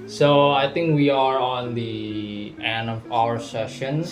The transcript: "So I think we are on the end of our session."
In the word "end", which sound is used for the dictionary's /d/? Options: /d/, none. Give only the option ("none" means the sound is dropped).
none